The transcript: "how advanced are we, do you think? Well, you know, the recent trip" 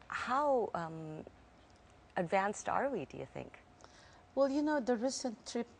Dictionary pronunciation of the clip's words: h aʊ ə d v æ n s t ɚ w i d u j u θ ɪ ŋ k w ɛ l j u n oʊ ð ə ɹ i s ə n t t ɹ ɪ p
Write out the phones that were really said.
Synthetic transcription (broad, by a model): h aʊ ə d v æ n s t ɚ w i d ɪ j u θ ɪ ŋ k w ɛ l j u n oʊ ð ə ɹ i s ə n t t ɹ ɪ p